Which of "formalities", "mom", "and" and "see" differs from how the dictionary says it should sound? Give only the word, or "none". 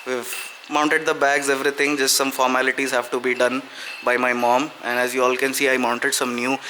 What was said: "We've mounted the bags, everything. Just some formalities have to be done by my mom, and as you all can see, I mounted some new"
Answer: none